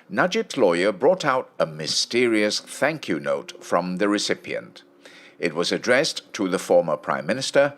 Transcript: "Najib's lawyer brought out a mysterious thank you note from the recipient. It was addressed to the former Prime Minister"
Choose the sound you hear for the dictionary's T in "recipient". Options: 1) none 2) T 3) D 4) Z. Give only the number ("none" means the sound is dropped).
2